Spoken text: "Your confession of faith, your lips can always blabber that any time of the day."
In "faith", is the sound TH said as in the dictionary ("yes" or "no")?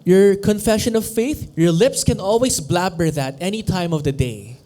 yes